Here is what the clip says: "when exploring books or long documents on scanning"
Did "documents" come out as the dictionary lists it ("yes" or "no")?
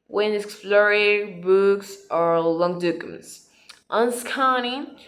no